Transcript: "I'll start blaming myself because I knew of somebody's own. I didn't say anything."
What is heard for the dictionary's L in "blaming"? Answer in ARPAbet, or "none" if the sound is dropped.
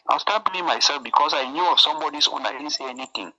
none